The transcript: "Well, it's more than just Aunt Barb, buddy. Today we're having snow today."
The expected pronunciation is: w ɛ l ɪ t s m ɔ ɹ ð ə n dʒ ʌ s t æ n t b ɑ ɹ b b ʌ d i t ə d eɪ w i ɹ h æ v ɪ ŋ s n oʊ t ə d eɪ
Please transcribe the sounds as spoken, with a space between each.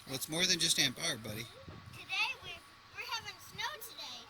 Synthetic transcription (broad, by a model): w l ɪ t s m ɔ ɹ ð ə n dʒ ʌ s t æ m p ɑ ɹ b b ʌ d i t ə d eɪ w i w h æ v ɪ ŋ s n oʊ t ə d eɪ